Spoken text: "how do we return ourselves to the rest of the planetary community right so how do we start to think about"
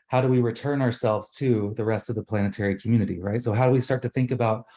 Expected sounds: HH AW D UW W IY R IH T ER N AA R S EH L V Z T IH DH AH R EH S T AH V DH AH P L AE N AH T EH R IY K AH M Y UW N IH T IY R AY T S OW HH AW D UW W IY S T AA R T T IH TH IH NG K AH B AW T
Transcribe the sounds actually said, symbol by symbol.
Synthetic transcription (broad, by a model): HH AW D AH W IY R IH T ER N AA R S EH L V Z T IH DH AH R EH S T AH V DH AH P L AE N AH T EH R IY K M Y UW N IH T IY R AY T S OW HH AW D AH W IY S T AA R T T IH TH IH NG K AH B AW T